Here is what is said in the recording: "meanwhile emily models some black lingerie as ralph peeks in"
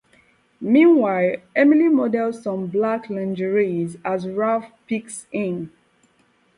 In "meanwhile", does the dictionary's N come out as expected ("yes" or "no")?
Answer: yes